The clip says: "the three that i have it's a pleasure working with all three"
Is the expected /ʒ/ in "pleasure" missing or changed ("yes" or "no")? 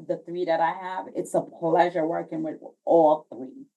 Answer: no